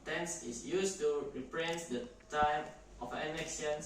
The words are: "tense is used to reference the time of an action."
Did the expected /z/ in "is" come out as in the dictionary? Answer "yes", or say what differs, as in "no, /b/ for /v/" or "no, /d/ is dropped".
no, /s/ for /z/